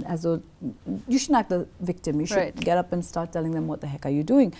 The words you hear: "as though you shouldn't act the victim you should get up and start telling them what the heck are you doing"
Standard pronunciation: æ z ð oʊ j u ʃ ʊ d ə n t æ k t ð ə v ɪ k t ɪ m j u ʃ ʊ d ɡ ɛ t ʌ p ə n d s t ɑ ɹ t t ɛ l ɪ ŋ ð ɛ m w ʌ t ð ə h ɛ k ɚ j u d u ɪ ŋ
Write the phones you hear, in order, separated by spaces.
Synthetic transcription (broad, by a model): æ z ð oʊ j u ʃ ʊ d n æ k t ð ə v ɪ k t ɪ m j u ʃ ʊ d ɡ ɛ t ʌ p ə n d s t ɑ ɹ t t ɛ l ɪ ŋ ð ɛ m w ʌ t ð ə h ɛ k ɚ j u d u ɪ ŋ